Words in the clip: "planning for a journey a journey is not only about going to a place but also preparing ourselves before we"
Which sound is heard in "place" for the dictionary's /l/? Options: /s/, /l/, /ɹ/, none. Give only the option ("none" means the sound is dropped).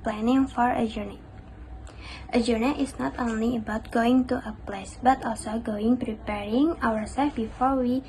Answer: /l/